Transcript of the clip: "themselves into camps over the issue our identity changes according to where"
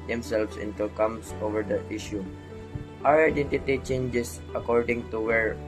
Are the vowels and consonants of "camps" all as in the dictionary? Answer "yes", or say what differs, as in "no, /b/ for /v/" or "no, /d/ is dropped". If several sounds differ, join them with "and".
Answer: no, /p/ is dropped